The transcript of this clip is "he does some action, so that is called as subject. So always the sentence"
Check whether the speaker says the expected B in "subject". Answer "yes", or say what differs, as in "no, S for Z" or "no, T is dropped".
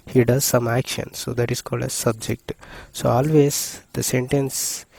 yes